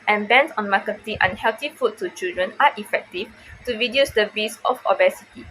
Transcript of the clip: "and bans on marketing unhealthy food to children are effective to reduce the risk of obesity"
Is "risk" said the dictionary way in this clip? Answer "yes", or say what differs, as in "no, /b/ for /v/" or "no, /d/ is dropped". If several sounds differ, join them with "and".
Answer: no, /k/ is dropped